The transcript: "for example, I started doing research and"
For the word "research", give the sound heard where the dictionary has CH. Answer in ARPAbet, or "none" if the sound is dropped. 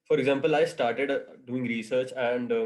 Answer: CH